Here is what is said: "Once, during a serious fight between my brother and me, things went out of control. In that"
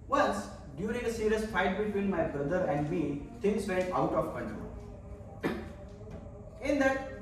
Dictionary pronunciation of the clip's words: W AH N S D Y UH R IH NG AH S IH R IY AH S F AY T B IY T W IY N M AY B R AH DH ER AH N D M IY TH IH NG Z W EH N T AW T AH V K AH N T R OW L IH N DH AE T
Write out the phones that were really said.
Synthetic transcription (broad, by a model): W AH N S D Y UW R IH NG AH S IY R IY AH S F AY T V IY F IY L M AY B R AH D ER AH N D M IY T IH NG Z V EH T AW T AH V K AH N T R OW L IH N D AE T